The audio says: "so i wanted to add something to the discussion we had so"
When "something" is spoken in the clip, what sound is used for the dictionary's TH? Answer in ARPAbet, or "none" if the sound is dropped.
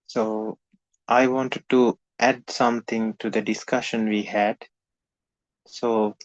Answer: T